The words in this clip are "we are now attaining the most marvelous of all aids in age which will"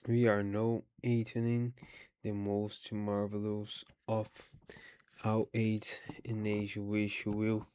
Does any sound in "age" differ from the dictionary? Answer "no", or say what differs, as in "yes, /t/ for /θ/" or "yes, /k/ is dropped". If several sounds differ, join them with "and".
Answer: yes, /ʒ/ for /dʒ/